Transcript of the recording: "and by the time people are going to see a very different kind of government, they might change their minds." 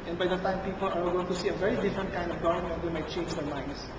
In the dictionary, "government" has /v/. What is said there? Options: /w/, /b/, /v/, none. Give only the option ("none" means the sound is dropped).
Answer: none